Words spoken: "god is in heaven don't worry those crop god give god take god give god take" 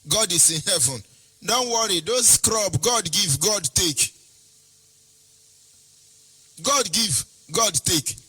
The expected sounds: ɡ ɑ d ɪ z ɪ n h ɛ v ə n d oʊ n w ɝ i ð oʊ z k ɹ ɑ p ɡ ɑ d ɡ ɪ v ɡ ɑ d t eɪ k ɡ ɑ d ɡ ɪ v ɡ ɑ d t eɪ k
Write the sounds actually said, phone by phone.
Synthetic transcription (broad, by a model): ɡ ɑ d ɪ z ɪ n h ɛ v ə n d oʊ n w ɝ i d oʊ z k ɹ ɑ b ɡ ɑ d ɡ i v ɡ ɑ d t eɪ k ɡ ɑ d ɡ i v ɡ ɑ d t eɪ k